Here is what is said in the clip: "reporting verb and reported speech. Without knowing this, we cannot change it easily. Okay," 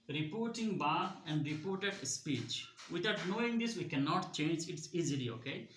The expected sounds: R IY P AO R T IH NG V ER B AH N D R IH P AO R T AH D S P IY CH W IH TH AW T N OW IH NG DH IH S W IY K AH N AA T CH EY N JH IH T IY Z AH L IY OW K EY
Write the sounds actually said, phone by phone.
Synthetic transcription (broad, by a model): R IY P AO R T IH NG B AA AH N D R IH P AO R T AH D S P IY CH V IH T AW T N OW IH NG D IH S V IY K AH N AA T CH EY N JH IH T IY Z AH L IY OW K EY